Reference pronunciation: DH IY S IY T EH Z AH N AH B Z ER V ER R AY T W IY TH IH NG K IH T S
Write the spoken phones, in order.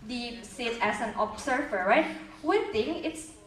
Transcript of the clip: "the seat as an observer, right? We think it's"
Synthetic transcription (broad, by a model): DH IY S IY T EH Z AH N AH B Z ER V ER R AY T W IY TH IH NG IH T S